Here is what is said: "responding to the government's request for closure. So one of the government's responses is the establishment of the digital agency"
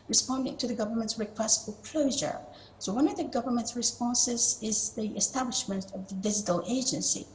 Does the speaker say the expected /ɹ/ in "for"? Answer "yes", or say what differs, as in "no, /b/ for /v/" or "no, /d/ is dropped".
no, /l/ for /ɹ/